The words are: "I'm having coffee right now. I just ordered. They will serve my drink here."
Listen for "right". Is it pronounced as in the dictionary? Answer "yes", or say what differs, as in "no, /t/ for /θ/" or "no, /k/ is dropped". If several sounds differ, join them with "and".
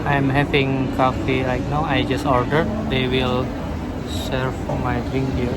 no, /l/ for /ɹ/